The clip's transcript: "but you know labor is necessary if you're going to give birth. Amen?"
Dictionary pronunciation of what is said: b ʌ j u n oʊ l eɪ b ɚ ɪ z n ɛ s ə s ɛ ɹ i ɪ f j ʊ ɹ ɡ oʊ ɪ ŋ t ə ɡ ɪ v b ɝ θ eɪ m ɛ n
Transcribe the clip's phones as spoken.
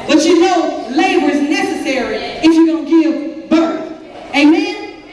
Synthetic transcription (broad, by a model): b ʌ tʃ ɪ n oʊ l eɪ b ɚ ɪ z n ɛ s ə s ɛ ɹ i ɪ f j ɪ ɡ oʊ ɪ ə ɡ ɪ v b ɝ θ eɪ m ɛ n